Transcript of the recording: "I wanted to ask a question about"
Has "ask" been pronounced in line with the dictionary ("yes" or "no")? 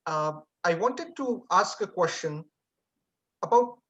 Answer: yes